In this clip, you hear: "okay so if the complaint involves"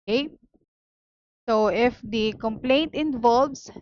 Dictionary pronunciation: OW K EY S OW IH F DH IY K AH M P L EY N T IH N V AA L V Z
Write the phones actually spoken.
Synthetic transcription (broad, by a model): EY S OW IH F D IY K AH M P L EY N T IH N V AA L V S